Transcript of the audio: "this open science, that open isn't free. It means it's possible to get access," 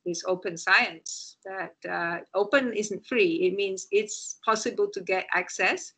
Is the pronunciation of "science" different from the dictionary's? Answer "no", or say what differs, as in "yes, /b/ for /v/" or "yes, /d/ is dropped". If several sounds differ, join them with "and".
no